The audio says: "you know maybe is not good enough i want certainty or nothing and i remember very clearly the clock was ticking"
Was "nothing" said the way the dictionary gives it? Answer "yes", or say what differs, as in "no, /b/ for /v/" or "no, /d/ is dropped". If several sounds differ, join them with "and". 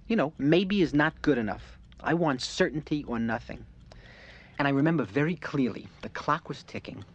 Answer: yes